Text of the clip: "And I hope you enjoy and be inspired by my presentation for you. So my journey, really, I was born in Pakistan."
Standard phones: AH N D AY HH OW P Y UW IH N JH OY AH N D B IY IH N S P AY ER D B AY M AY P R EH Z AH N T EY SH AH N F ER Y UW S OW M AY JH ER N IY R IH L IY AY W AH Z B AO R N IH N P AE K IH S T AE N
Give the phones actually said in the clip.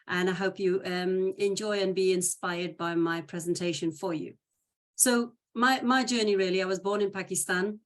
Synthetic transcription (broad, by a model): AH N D AY HH OW P Y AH IH N JH OY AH N B IY IH N S P AY ER D B AY M AY P R EH Z AH N T EY SH AH N F ER Y UW S OW M AY JH ER N IY R IH L IY AY W AH Z B AO R N IH N P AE K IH S T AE N